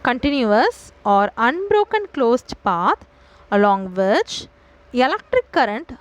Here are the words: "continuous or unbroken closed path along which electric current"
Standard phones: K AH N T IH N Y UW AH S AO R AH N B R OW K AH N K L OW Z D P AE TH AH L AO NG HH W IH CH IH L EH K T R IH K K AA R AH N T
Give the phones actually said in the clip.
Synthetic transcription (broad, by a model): K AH N T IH N Y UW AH S AO R AH N B R OW K AH N K L OW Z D P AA T AH L AO NG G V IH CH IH L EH K T R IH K K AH R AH N T